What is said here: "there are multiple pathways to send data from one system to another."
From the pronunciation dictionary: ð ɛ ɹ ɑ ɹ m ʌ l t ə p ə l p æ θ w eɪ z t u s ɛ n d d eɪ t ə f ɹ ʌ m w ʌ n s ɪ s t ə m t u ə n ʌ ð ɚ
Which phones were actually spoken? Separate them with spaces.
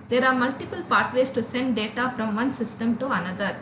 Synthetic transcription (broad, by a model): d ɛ ɹ ɑ ɹ m ʌ l t ə p ə l p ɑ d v eɪ s t u s ɛ n d d eɪ t ə f ɹ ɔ m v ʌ n s ɪ s t ə m t u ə n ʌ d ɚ